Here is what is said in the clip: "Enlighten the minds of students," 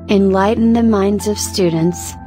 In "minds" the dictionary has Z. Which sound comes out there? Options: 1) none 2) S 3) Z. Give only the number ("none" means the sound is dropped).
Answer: 3